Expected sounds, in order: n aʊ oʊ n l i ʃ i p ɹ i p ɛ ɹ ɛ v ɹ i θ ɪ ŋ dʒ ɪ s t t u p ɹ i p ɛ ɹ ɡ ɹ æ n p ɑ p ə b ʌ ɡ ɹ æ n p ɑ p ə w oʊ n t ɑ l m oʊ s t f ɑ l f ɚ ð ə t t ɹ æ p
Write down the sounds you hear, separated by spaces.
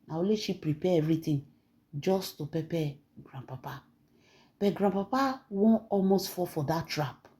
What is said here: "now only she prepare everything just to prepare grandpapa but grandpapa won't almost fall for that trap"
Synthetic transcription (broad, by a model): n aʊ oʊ l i ʃ i p ɹ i p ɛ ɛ v ɹ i t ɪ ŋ dʒ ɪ s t t u p i p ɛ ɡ ɹ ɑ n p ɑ p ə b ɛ ɡ ɹ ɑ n p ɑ p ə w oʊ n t ɑ l m oʊ s t f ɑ f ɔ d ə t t ɹ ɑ p